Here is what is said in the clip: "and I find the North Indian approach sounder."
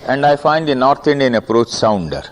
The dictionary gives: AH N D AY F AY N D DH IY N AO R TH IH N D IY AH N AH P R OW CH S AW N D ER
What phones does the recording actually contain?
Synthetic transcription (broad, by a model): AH N D AY F AY N D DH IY N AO R T IH N D IY AH N AH P R OW CH S AW N D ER